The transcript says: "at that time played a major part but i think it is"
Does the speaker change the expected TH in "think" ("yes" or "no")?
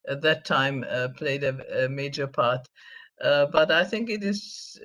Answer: no